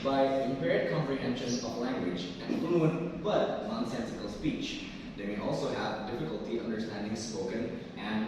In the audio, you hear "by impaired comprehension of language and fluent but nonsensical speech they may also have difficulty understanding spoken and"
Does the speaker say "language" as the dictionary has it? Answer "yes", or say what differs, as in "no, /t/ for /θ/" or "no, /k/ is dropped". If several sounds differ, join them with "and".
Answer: yes